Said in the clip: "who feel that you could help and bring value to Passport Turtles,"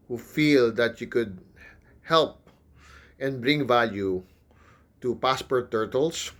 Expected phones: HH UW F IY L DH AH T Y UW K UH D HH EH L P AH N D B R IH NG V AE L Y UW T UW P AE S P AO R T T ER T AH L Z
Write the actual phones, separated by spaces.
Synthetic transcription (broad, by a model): HH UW F IY L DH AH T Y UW K UH D HH EH L P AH N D B R IH NG V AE L Y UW T UW P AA S P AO R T T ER T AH L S